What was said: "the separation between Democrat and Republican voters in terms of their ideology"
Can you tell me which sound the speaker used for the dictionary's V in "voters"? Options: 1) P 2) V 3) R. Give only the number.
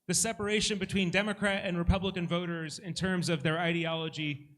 2